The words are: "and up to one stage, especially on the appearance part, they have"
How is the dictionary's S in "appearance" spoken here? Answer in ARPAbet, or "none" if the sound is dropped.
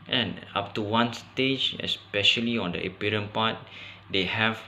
none